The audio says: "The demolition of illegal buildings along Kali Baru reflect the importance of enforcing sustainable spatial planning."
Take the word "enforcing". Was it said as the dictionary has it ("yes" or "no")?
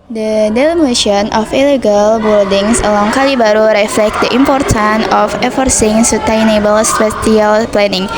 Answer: no